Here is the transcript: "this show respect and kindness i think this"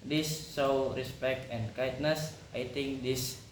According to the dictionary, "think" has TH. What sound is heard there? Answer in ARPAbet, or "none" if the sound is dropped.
T